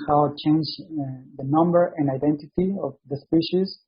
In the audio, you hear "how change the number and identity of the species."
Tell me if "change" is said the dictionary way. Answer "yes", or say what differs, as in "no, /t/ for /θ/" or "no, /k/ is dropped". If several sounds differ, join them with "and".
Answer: yes